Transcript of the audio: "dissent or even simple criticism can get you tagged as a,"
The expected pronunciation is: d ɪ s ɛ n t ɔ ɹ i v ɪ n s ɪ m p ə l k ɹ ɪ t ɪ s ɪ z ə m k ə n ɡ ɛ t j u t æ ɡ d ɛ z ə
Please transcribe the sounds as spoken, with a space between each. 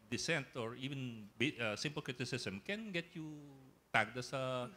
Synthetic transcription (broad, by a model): d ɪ s ɛ n t ɔ ɹ i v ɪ n s ɪ m p ə l k ɹ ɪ t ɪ s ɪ s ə m k ə n ɡ ɛ t j u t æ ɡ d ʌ s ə